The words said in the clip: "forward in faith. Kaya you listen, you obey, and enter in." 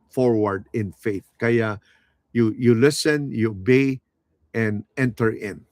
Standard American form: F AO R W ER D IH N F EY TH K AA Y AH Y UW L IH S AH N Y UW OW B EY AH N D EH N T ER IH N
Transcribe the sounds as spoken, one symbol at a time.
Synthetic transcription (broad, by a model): F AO R W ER D IH N F EY TH K AA Y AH Y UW L IH S AH N Y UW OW B EY AH N D EH N T ER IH N